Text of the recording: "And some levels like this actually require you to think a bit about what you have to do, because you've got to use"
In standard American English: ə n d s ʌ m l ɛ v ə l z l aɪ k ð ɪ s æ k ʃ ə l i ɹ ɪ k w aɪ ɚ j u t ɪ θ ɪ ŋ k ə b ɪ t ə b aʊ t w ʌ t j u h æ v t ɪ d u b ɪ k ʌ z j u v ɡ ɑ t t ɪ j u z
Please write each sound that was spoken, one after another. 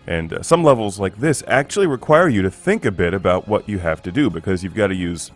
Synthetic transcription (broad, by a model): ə n s ʌ m l ɛ v l z l aɪ k ð ɪ s æ k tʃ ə l i ɹ ɪ k w aɪ ɚ j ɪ t ɪ θ ɪ ŋ k ə b ɪ t ə b aʊ t w ʌ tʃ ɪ h æ f t ɪ d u b ɪ k ʌ z j u v ɡ ɑ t t ɪ j u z